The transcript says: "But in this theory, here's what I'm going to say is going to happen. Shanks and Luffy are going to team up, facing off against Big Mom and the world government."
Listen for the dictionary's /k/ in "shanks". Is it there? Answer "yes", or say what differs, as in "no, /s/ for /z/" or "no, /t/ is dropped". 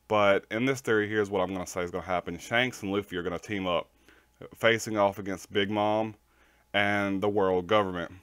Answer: yes